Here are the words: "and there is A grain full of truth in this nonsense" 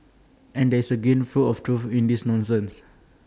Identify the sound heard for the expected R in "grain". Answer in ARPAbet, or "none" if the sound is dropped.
none